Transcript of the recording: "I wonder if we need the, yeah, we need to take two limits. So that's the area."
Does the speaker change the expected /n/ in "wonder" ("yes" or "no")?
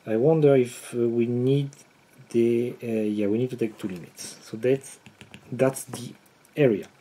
no